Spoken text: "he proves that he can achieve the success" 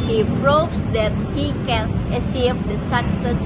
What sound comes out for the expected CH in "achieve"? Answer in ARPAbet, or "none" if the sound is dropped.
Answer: S